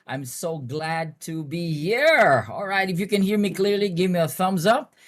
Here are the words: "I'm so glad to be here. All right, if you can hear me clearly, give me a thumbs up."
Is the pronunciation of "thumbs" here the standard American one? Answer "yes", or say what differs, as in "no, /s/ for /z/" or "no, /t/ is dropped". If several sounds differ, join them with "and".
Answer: yes